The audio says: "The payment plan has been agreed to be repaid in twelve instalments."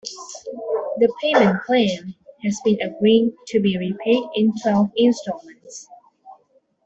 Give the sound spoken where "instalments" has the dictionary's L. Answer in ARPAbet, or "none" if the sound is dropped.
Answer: none